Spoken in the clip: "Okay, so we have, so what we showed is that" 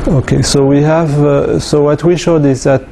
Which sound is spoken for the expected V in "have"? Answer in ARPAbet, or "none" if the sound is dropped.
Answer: V